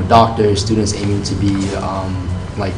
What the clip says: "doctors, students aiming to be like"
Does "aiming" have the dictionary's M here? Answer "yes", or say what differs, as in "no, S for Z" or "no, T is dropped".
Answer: no, M is dropped